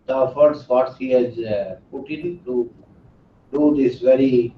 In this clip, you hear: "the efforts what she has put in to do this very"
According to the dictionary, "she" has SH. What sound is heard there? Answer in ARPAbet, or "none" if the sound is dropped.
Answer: S